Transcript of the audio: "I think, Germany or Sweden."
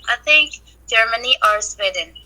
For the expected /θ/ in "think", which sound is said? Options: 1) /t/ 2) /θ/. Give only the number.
1